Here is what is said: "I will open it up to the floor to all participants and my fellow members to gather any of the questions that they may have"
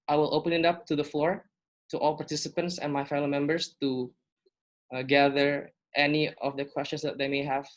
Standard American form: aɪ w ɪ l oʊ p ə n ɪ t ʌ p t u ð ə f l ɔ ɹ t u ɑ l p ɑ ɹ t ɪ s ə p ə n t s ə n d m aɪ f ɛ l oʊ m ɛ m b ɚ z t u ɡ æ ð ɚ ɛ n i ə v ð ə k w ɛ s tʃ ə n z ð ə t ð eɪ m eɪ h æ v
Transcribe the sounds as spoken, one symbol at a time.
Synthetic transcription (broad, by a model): aɪ w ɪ l oʊ p ə n ɪ t ʌ p t u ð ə f l ɔ ɹ t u ɑ l p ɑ ɹ t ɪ s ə p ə n t s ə n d m aɪ f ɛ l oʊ m ɛ m b ɚ s t u ɡ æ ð ɚ ɛ n i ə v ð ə k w ɛ s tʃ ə n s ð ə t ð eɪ m eɪ h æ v